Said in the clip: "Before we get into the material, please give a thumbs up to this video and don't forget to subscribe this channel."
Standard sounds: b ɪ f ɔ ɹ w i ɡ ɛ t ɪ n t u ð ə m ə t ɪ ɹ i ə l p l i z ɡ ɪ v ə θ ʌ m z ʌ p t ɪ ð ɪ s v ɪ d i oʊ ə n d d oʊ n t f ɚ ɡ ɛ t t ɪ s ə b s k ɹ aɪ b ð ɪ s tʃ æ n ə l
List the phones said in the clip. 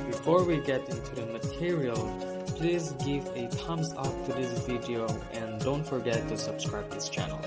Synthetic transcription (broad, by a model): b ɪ f ɔ ɹ w i ɡ ɛ t ɪ n t u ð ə m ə t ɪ ɹ i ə l p l i z ɡ ɪ v ə t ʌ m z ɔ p t ɪ ð ɪ s v ɪ d i oʊ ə n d d oʊ n t f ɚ ɡ ɛ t t ɪ s ə b s k ɹ aɪ b ð ɪ s tʃ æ n l